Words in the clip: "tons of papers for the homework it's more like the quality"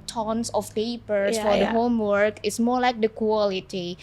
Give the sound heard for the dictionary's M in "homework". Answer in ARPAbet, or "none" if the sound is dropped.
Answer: M